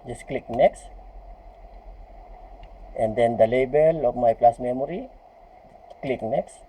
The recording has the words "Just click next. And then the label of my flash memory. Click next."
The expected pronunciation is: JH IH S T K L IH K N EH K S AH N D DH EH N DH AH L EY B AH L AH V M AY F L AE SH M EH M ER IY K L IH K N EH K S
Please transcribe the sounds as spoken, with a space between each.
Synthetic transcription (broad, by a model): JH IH S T K L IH K N EH K S AH N D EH N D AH L EY B AH L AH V M AY P L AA S M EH M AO IY K L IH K N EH K S